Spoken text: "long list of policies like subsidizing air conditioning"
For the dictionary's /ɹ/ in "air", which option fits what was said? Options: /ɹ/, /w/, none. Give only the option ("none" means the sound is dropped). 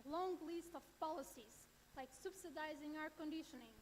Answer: /w/